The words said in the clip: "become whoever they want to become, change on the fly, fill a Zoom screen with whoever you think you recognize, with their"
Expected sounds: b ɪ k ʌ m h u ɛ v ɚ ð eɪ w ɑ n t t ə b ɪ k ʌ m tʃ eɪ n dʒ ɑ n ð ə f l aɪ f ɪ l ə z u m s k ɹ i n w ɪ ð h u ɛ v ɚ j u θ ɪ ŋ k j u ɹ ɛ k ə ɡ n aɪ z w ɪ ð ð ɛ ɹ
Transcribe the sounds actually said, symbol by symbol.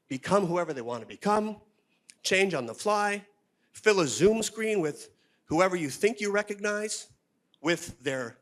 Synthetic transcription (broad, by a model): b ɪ k ʌ m h u ɛ v ɚ ð eɪ w ɑ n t t ə b ɪ k ʌ m tʃ eɪ n dʒ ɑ n ð ə f l aɪ f ɪ l ə z u m s k ɹ i n w ɪ ð h u ɛ v ɚ j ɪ θ ɪ ŋ k j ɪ ɹ ɛ k ə ɡ n aɪ z w ɪ ð ð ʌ ɹ